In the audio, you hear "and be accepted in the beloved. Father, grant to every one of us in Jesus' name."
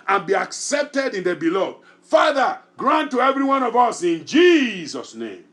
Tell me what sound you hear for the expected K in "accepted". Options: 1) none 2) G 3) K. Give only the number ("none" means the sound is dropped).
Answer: 3